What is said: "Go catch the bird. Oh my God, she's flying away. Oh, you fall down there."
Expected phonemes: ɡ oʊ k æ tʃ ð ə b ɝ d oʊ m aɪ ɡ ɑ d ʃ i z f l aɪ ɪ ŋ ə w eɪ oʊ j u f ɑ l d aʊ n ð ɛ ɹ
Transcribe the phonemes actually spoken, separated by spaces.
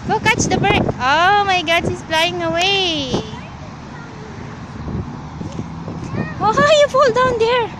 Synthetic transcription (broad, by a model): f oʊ k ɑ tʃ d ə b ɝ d oʊ m aɪ ɡ ɑ d s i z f l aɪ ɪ ŋ ə w eɪ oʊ j u f ɑ l d aʊ n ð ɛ ɹ